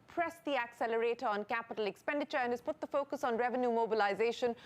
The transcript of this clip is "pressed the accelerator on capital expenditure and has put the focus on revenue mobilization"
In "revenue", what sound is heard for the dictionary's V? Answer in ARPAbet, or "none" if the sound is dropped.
V